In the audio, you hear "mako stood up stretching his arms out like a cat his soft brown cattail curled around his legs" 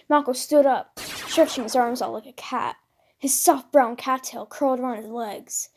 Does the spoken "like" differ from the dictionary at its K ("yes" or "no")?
no